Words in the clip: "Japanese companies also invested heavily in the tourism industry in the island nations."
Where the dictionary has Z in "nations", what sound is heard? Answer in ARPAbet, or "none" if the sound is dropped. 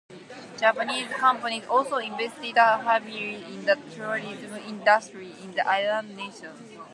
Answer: none